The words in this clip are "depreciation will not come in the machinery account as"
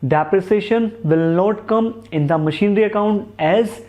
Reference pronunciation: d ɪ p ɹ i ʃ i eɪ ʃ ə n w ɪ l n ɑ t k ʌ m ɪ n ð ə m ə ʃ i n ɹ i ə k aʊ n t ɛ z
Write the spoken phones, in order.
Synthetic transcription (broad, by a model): d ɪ p ɹ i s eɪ ʃ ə n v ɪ l n ɑ t k ʌ m ɪ n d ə m ə ʃ i n ɹ i ə k aʊ n t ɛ z